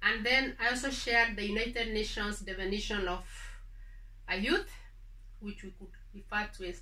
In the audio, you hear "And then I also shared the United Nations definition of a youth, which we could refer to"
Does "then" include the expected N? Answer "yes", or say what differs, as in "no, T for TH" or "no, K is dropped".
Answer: yes